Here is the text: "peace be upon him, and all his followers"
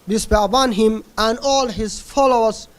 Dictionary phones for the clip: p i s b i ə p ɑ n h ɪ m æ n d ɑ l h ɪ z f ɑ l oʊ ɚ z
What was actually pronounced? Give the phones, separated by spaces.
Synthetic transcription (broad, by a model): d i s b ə b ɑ n h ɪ m æ n d ɑ l h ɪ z f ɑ l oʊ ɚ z